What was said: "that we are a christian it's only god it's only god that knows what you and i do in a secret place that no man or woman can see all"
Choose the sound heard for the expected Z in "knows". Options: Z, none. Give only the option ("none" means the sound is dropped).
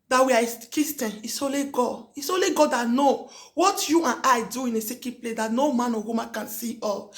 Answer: none